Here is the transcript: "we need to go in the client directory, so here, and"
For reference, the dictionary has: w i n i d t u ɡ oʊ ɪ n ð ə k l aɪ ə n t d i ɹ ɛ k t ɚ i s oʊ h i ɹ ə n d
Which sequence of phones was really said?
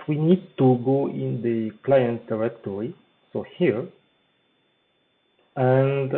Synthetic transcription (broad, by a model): w i n i d t u ɡ oʊ ɪ n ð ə k l aɪ ə n t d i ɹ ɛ k t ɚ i s oʊ h i ɹ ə n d